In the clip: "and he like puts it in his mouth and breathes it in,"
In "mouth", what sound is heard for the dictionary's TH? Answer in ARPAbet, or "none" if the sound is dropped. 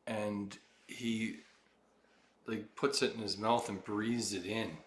TH